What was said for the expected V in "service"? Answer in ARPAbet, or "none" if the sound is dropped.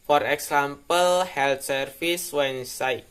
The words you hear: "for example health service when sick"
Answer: F